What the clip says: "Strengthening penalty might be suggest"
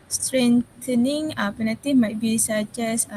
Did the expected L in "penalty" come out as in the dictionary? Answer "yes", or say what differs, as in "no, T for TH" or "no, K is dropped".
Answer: no, L is dropped